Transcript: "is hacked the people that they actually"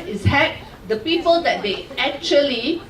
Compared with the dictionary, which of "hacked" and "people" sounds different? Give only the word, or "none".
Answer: hacked